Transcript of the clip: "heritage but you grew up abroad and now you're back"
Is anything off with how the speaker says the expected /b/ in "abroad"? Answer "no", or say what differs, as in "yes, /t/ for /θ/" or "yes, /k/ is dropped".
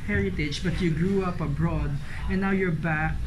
no